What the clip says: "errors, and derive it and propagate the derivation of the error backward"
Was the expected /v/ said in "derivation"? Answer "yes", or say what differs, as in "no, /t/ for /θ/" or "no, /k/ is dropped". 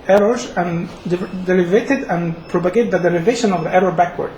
yes